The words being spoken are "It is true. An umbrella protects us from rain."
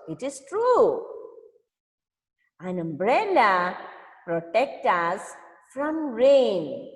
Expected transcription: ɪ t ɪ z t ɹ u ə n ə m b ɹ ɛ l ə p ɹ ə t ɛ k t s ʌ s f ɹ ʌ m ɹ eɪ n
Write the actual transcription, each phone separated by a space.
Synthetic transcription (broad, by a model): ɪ t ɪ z t ɹ u ə n ə m b ɹ ɛ l ə p ɹ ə t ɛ k t ʌ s f ɹ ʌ m ɹ eɪ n